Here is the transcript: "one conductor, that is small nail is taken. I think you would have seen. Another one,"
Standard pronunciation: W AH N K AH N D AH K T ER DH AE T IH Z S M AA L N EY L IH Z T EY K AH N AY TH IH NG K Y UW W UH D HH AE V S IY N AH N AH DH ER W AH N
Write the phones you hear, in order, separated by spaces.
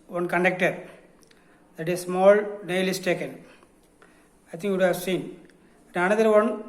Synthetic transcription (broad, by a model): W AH N K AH N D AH K T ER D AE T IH S M AA L N EY L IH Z T EY K AH N AY T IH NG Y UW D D HH AE V S IY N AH N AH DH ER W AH N